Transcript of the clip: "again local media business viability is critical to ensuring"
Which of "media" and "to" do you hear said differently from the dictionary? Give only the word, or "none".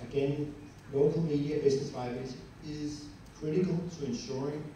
none